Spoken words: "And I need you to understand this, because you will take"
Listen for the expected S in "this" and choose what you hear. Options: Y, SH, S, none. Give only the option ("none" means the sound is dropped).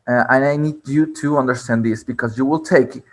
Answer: S